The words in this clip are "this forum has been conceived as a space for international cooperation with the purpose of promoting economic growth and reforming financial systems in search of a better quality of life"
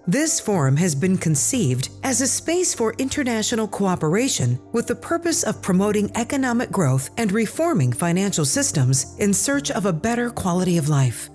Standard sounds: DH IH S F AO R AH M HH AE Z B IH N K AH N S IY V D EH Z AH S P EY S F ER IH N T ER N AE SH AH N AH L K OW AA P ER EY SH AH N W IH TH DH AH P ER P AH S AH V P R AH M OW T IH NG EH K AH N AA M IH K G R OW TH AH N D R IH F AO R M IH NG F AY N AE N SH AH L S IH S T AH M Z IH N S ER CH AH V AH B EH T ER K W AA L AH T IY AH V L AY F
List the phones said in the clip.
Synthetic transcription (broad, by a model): DH IH S F AO R AH M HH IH Z B IH N K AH N S IY V D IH Z AH S P EY S F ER IH N T ER N AE SH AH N L K OW AA P ER EY SH AH N W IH DH AH P ER P AH S AH V P R AH M OW T IH NG EH K AH N AA M IH K G R OW TH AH N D R IH F AO R M IH NG F AY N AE N SH L S IH S T AH M Z IH N S ER CH AH V AH B EH T ER K W AA L AH T IY AH V L AY F